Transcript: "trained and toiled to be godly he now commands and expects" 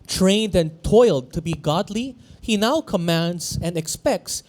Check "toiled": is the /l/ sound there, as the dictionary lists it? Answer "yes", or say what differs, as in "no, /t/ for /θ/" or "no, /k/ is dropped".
yes